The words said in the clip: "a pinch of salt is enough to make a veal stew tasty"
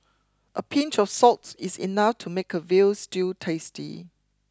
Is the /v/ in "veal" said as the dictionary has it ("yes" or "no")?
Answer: yes